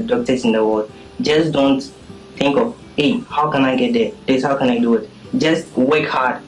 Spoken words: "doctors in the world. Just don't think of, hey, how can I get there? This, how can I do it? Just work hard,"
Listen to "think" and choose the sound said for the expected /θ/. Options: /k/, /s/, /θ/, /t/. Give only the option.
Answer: /t/